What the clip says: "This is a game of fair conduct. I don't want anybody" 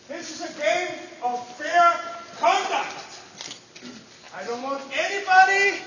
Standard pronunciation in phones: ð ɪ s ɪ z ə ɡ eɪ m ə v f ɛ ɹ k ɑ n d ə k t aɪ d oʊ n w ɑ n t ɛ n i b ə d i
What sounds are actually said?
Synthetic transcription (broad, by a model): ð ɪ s ɪ z ə ɡ eɪ m ə v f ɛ ɹ k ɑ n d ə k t aɪ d oʊ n w ɑ n t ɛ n i b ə d i